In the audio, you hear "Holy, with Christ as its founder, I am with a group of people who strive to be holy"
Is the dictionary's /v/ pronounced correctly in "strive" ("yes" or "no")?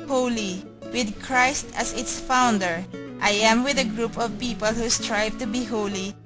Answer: yes